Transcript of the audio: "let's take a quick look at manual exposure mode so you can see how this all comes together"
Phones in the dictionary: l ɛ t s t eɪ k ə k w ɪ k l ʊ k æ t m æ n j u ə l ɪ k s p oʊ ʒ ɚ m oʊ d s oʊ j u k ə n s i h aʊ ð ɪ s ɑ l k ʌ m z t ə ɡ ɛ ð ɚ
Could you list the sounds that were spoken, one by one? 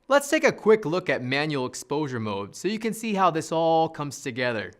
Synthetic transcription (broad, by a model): l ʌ t s t eɪ k ə k w ɪ k l ʊ k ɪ t m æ n j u l ɪ k s p oʊ ʒ ɚ m oʊ d s oʊ j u k ə n s i h aʊ ð ɪ s ɑ l k ʌ m z t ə ɡ ɛ ð ɚ